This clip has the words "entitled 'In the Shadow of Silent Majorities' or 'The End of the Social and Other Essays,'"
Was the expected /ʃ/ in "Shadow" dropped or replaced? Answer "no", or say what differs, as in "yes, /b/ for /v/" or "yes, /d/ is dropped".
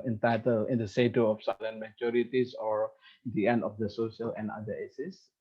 yes, /s/ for /ʃ/